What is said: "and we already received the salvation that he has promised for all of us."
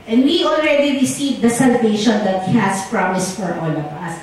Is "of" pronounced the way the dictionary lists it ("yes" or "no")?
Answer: no